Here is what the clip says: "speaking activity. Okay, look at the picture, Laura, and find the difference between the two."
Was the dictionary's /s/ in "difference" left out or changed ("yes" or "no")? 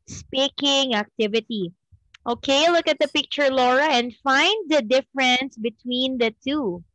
no